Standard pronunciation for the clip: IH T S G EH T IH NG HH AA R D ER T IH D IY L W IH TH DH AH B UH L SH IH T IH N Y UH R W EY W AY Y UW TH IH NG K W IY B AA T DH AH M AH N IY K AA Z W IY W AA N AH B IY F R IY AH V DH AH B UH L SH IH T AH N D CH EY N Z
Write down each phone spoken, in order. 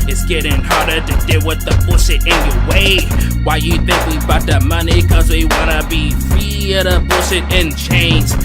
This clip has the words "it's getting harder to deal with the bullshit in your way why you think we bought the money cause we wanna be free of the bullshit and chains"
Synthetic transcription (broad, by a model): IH T S G EH T IH NG HH AA R D ER T IH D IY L W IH DH AH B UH SH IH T IH N Y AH R W EY W AY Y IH TH IH NG K W IY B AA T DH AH M AH N IY K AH Z W IY W AA N AH B IY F IY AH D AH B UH SH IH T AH N CH EY N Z